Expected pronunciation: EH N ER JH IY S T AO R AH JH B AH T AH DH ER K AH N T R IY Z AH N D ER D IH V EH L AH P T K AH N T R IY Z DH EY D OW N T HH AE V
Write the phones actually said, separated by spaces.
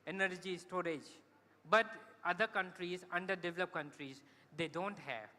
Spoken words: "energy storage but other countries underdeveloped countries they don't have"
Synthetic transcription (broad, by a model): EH N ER JH IY S T AO R AH JH B AH T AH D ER K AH N T R IY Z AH N D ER D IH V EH L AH P K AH N T R IY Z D EY D OW N T HH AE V